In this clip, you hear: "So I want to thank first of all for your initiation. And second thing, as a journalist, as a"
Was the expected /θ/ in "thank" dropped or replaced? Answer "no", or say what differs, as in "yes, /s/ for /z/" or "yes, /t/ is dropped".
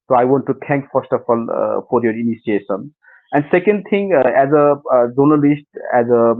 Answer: yes, /t/ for /θ/